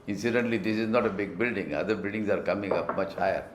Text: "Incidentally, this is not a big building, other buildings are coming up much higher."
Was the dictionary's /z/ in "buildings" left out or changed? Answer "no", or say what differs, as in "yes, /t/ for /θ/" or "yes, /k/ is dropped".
yes, /s/ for /z/